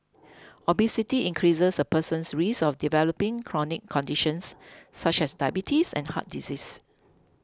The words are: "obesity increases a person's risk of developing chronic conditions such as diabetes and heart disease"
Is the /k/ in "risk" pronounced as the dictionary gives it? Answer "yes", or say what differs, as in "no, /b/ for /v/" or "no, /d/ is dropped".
no, /k/ is dropped